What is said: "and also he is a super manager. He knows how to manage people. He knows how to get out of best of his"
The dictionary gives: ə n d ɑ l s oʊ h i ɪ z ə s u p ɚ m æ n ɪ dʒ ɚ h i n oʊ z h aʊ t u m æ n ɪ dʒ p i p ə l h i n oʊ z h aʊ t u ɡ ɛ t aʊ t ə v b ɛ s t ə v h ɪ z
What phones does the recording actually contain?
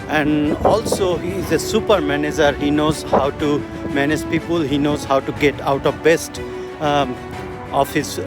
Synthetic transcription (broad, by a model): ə n d ɑ l s oʊ h i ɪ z ə s u p ɚ m æ n ɪ dʒ ɚ h i n oʊ z h aʊ t u m æ n ɪ dʒ p i p ə l h i n oʊ z h aʊ t u ɡ ɛ t aʊ t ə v b ɛ s t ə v h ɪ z